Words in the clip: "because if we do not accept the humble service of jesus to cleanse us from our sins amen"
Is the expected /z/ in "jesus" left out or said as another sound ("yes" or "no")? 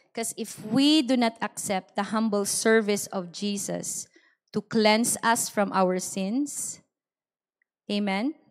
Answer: yes